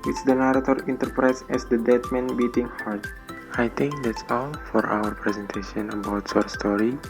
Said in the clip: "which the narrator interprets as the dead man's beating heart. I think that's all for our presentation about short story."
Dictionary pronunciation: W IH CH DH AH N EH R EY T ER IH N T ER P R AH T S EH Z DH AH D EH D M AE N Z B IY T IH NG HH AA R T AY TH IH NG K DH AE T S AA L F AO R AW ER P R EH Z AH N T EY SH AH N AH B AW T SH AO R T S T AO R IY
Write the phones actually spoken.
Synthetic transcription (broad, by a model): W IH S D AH N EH R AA T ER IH N T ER P R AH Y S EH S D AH D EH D M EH N B IY T IH NG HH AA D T AY T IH NG K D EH T S AA L F AO R AW ER P R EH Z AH N T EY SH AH N AH B AW T S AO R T S T AO R IY